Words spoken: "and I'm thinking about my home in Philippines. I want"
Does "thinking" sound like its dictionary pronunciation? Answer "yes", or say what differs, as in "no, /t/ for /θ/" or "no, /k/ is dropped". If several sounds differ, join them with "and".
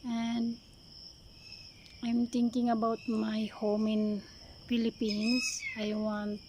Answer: no, /t/ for /θ/